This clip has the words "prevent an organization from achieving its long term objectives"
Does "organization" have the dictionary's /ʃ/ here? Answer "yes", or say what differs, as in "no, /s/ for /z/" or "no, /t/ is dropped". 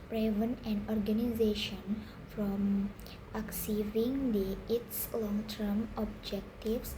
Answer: yes